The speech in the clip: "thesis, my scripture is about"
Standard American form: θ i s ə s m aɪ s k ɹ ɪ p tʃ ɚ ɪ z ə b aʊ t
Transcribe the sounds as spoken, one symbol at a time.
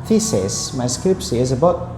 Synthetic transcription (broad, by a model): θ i s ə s m aɪ s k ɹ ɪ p s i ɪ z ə b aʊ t